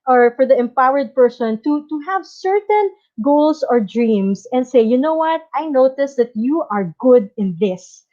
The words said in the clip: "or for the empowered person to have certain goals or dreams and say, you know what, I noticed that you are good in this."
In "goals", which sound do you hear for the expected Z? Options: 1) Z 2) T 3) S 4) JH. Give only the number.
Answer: 3